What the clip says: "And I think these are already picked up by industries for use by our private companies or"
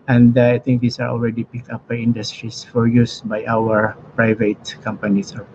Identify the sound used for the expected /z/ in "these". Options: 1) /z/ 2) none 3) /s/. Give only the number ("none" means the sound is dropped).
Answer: 3